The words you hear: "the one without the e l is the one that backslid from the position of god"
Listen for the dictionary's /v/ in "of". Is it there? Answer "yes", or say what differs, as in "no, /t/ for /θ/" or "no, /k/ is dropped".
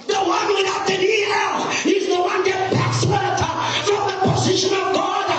yes